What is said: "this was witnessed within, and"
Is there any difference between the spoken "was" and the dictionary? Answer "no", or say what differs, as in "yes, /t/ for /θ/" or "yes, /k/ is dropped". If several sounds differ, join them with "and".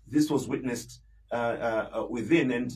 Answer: no